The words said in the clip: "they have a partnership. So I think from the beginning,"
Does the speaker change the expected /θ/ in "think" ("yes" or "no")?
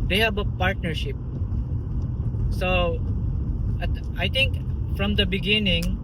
yes